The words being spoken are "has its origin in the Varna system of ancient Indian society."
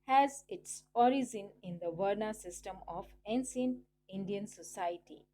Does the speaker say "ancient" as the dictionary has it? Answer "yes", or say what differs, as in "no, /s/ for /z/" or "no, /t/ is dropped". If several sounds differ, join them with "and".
no, /s/ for /ʃ/ and /t/ is dropped